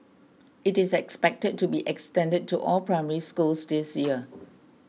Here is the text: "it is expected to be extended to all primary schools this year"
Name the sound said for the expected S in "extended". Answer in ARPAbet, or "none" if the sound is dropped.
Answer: S